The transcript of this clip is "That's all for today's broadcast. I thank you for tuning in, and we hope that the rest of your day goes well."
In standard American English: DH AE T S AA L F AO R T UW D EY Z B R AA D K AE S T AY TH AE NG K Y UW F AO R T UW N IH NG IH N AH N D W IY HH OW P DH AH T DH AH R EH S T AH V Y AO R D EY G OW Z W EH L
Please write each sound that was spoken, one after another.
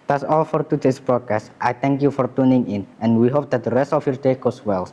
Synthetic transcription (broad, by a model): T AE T S AA L F AO R T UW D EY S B R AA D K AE S T AY T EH NG K Y UW F AO R T UW N IH NG IH N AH N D W IY HH OW P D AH T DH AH R EH S T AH F Y AO R D EY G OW S W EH L